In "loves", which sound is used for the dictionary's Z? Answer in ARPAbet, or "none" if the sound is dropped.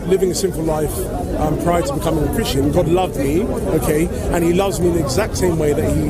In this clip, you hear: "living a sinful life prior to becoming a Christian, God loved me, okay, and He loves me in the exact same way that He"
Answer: Z